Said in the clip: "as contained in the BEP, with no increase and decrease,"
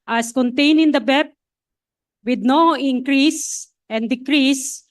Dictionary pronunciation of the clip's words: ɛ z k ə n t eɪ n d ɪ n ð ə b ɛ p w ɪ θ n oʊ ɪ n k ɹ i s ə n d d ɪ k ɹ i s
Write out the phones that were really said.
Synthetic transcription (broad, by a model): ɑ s k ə n t eɪ n ɪ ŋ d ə b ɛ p w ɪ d n oʊ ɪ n k ɹ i s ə n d d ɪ k ɹ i s